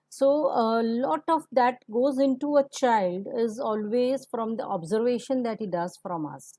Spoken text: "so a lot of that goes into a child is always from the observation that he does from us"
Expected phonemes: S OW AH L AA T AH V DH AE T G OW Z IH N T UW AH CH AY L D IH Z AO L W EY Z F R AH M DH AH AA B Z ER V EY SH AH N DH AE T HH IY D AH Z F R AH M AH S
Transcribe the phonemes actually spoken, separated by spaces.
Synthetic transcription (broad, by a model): S OW AH L AA T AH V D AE T G OW Z IH N T UW AH CH AY L D IH Z AO L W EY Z F R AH M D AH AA B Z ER V EY SH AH N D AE T HH IY D AH Z F R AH M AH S